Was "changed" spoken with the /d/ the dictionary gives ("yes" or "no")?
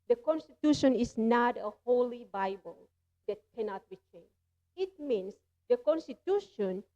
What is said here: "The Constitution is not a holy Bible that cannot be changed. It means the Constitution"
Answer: no